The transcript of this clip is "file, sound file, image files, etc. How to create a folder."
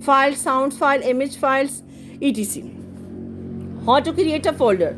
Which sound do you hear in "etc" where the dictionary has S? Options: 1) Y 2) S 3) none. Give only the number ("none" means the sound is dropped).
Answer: 3